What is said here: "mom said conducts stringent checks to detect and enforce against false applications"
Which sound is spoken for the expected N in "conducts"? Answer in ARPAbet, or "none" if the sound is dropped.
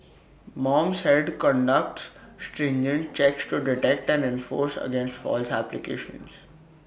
N